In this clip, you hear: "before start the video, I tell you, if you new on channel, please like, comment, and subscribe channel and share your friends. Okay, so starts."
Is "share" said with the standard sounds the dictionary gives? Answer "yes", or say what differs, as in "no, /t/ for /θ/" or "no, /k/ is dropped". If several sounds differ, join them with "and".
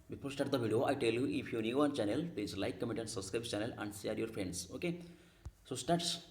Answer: no, /s/ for /ʃ/